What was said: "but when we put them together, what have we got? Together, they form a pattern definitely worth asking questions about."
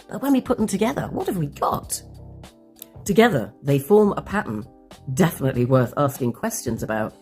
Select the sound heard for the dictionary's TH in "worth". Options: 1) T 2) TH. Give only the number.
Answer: 2